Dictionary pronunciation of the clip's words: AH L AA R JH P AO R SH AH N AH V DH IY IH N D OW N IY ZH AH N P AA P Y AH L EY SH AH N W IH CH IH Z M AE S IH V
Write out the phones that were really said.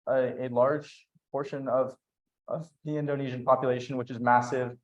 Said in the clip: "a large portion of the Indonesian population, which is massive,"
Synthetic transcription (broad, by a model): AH L AA R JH P AO R SH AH N AH V DH IY IH N D OW N IY ZH AH N P AA P Y AH L EY SH AH N W IH CH IH Z M AE S IH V